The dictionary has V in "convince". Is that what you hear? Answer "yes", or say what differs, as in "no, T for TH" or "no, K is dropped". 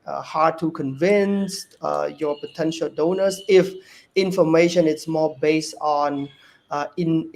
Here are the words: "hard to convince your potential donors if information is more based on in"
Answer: yes